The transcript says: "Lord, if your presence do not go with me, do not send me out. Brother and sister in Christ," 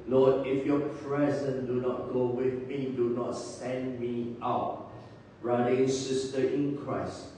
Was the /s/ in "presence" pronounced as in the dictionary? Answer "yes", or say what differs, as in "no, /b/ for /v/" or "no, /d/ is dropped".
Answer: no, /s/ is dropped